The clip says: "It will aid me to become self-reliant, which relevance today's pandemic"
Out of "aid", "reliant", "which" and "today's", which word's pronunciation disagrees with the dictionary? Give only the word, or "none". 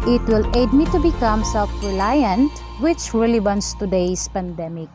today's